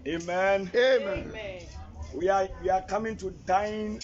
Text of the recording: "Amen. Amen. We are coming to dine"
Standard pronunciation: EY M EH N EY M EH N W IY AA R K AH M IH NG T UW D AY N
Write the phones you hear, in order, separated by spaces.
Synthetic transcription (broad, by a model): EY M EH N EY M EH N W IY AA W K AH M IH NG T UW D AY N